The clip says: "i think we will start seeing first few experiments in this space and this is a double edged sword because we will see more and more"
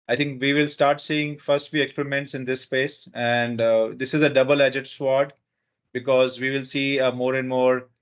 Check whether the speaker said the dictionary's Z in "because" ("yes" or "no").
yes